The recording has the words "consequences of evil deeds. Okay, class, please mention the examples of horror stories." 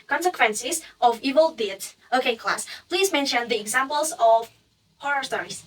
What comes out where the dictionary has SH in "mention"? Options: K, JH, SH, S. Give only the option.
SH